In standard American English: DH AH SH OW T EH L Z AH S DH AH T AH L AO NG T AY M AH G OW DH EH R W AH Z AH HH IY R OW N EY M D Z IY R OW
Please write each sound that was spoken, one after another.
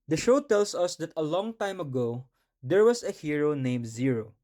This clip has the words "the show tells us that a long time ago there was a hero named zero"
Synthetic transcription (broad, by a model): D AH SH OW T EH L S AH S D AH T AH L AO NG T AY M AH G OW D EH R W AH S AH HH IY R OW N EY M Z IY R OW